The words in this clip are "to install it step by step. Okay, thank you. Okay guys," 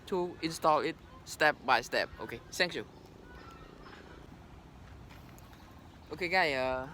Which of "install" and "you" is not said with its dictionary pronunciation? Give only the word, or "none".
none